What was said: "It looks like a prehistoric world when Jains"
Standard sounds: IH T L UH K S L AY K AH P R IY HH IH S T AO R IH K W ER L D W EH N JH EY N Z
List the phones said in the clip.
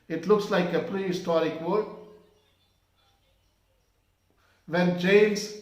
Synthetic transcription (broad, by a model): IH T L UH K S L AY K AH P R IY HH IH S T AO R IH K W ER D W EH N JH EY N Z